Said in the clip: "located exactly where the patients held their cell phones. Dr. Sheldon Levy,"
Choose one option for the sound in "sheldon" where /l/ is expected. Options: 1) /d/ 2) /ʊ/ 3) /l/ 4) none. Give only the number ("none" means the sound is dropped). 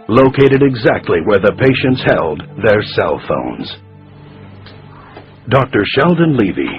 3